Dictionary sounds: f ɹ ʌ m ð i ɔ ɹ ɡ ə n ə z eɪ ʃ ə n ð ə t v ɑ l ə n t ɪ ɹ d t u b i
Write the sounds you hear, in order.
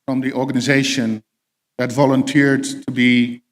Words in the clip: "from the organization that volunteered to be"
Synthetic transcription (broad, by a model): ɹ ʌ m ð i ɔ ɹ ɡ ə n ə z eɪ ʃ ə n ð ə t v ɑ l ə n t ɪ ɹ d t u b i